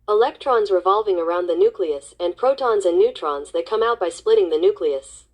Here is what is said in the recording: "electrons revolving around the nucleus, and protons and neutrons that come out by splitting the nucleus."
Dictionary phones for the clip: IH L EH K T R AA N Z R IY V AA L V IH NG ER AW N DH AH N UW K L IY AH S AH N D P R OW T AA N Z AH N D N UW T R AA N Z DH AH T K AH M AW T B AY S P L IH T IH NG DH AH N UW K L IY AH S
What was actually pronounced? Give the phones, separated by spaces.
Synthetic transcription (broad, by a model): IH L EH K T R AA N Z R IY V AA L V IH NG ER AW N DH AH N UW K L IY AH S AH N P R OW T AA N Z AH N N UW T R AA N Z DH AH T K AH M AW T B AY S P L IH T IH NG DH AH N UW K L IY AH S